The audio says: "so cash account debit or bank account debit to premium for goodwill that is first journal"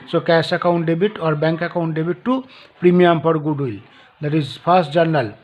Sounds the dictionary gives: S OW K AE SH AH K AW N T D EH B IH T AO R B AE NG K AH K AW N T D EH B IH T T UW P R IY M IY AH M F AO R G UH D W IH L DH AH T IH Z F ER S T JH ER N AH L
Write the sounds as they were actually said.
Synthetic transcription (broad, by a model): S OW K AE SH AH K AW N T D EH B IH T AO R B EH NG K AH K AW N T D EH B IH T T UW P R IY M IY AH M P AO R G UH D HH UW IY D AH T IH Z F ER S T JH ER N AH L